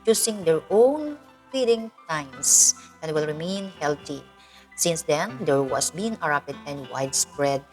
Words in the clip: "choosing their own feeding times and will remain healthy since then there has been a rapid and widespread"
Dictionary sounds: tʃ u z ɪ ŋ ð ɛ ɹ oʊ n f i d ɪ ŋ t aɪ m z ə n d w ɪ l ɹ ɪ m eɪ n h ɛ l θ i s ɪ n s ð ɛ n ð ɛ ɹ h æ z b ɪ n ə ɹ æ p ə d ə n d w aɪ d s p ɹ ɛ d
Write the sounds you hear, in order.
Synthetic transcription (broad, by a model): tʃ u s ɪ ŋ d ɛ ɹ oʊ n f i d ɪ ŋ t aɪ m s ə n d w ɪ l ɹ ɪ m eɪ n h ɛ l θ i s ɪ n s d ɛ n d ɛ ɹ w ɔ s b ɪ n ə ɹ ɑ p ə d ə n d w aɪ d s p ɹ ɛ d